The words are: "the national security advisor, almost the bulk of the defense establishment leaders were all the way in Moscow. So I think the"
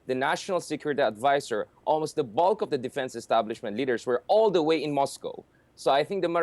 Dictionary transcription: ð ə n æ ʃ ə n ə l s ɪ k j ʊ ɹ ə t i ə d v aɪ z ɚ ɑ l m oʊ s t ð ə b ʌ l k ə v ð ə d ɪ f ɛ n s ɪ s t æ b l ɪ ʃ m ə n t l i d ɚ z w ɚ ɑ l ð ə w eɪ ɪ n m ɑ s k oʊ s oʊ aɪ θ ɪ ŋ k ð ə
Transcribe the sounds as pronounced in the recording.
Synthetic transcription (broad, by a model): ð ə n æ ʃ ə n ə l s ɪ k j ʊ ɹ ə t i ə d v aɪ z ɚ ɑ l m oʊ s t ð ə b ʌ l k ə v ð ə d ɪ f ɛ n s ɪ s t æ b l ɪ ʃ m ə n t l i d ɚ s w ɚ ɑ l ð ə w eɪ ɪ n m ɑ s k oʊ s oʊ aɪ θ ɪ ŋ k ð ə